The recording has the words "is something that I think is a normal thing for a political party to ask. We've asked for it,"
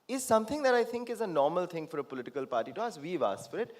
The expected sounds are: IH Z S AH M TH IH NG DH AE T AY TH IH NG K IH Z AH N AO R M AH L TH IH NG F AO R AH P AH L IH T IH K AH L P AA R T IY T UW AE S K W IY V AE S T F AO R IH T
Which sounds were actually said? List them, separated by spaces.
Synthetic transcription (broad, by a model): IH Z S AH M T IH NG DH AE T AY T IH NG K IH Z AH N AO R M AH L T IH NG F AO R AH P AH L IH T IH K AH L P AA R T IY T UW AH S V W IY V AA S F AO R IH T